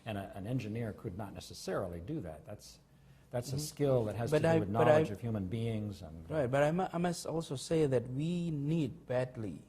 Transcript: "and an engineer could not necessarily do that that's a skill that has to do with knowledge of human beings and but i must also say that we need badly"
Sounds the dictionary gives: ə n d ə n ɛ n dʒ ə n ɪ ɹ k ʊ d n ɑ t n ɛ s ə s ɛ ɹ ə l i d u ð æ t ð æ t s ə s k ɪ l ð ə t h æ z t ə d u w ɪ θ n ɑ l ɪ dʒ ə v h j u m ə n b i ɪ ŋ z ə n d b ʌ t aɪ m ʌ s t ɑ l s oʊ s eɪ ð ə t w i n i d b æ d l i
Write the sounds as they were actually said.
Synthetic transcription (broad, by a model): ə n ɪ ə n ɛ n dʒ ə n ɪ ɹ k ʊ d n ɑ t n ɛ s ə s ɛ ɹ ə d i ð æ ð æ t ð æ t s ə s k ɪ l ð ə t h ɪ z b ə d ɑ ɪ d n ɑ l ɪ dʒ ə v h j u m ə n b i ɪ ŋ z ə n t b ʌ t aɪ m ʌ s t ɑ l s oʊ s eɪ ð ə t w i n i d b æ d l i